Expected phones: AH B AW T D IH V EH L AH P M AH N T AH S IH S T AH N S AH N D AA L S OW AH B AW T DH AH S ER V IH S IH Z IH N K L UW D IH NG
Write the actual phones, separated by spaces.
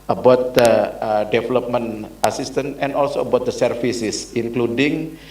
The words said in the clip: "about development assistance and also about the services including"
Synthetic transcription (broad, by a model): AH B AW T D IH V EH L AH P M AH N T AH S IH S T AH N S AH N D AA L S OW AH B AW T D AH S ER F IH S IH S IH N K L UW D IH NG